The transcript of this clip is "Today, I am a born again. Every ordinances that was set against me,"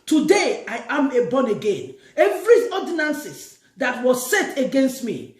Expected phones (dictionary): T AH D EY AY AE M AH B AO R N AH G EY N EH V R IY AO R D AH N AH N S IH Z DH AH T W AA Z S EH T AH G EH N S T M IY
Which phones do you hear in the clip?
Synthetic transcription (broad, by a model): T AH D EY AY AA M AH B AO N AH G EY N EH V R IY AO D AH N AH N S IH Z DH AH T W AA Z S EH T AH G EH N S T M IY